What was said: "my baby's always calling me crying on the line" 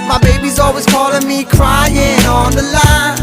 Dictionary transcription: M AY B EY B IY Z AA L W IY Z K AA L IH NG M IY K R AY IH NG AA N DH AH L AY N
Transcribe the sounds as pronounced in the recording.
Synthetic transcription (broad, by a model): M AY B EY B IY Z AA L W IY Z K AA L IH NG M IY K R AY IH NG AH N DH AH L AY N